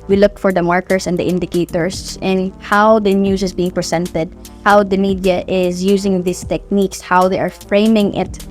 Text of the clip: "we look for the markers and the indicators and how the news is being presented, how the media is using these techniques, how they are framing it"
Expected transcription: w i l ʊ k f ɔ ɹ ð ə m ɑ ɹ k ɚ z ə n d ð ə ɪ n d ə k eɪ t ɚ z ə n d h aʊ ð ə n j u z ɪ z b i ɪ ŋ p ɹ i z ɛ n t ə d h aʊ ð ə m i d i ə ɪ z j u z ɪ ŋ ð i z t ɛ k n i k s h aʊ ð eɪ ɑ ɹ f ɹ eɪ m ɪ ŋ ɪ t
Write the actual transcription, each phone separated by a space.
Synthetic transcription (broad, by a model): w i l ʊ k f ɔ ɹ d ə m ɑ ɹ k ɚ s ə n d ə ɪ n d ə k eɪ t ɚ s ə n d h aʊ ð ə n j u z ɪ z b i ɪ ŋ p ɹ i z ɛ n t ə d h aʊ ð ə m i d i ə ɪ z j u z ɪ ŋ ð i s t ɛ k n i k s h aʊ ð eɪ ɑ ɹ f ɹ eɪ m ɪ ŋ ɪ t